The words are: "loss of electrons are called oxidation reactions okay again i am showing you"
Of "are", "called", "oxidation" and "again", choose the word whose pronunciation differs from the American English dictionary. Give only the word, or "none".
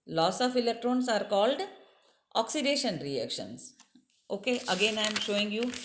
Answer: none